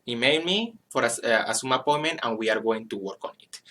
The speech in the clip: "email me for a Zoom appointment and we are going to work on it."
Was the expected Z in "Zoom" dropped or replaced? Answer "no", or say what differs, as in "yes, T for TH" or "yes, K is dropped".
yes, S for Z